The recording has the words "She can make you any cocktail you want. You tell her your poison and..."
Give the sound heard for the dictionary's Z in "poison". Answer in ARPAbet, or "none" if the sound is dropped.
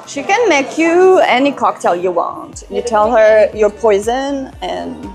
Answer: Z